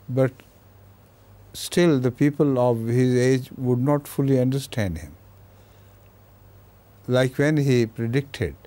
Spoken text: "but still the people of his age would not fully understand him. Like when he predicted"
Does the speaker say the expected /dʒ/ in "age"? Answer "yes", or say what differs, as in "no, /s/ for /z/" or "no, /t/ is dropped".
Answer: yes